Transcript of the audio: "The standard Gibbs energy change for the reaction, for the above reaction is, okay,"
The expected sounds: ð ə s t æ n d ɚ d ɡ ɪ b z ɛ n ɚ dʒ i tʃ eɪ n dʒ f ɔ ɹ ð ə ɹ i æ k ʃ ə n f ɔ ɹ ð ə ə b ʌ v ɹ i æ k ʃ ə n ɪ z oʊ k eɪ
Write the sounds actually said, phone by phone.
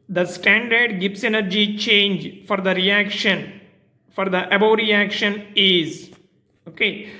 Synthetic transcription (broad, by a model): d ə s t æ n d ɚ d ɡ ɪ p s ɛ n ɚ dʒ i tʃ eɪ n dʒ f ɔ ɹ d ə ɹ i æ k ʃ ə n f ɔ ɹ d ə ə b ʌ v ɹ i æ k ʃ ə n ɪ z oʊ k eɪ